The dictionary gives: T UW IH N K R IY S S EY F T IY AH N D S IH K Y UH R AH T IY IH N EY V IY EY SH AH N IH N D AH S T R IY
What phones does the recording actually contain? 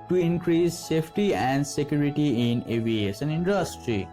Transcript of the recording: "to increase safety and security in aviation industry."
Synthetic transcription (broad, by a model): T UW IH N K R IY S S EY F T IY AH N D S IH K Y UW R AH T IY IH N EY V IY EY S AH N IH N D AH S T R IY